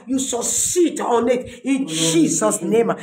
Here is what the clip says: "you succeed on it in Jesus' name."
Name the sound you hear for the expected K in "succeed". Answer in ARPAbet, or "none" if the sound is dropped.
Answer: none